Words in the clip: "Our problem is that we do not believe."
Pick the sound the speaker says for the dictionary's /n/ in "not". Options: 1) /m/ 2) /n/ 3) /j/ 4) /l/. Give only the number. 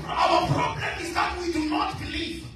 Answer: 2